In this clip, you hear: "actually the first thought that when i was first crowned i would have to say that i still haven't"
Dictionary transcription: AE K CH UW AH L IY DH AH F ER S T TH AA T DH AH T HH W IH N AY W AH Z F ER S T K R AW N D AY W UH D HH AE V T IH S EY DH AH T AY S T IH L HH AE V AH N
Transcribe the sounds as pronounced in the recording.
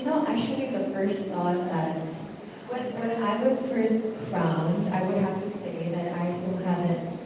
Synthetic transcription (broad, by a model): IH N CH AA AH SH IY DH AH F ER S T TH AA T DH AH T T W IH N AY W AH Z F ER S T K R AW N D AY W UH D HH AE F T IH S EY DH AH T AY S T IH L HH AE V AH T